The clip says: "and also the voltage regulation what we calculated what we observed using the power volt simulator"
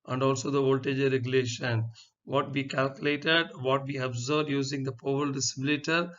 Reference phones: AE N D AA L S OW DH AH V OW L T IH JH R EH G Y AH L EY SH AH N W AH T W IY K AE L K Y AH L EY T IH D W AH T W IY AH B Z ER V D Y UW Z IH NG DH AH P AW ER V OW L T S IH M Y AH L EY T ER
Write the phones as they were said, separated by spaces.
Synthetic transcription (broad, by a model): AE N D AA L S OW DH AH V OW L T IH JH R EH G Y AH L EY SH AH N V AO T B IY K AE L K Y AH L EY T IH D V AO T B IY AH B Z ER D Y UW Z IH NG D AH P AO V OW L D S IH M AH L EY T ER